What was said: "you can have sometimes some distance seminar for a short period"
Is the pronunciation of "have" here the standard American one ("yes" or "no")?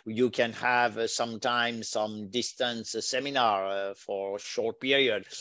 yes